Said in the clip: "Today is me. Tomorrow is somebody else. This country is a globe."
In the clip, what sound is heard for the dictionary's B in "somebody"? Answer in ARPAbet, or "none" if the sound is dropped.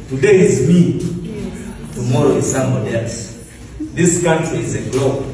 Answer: none